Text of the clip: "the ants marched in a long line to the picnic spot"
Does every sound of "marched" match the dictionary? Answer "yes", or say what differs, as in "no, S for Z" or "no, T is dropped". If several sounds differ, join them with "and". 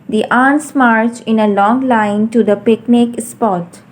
no, T is dropped